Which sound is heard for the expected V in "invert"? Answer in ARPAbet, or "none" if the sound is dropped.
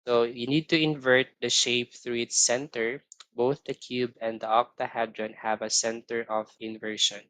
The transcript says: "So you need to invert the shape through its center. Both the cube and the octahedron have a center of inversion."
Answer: V